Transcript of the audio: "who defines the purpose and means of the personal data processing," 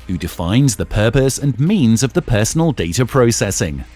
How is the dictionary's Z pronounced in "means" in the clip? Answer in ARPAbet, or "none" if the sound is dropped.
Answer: Z